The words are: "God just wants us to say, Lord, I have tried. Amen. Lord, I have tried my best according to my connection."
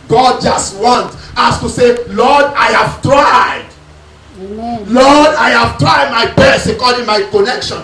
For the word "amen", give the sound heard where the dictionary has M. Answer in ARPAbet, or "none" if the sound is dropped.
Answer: none